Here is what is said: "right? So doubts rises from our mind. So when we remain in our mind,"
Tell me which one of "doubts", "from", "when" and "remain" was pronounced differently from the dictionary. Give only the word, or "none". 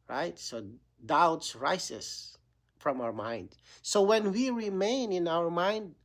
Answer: none